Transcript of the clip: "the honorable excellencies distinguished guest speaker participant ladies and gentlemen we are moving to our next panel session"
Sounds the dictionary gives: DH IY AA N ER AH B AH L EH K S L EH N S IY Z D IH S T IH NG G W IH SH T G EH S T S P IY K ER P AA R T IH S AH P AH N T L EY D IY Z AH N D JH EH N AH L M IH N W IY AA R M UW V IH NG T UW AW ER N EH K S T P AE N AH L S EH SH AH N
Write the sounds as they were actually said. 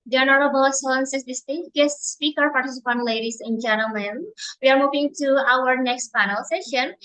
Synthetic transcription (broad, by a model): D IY AA N ER AH B AH L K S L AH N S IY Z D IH S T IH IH T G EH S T S P IY K ER P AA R T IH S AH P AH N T L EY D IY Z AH N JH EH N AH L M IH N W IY AA R M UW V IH NG T UW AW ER N EH K S T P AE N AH L S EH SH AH N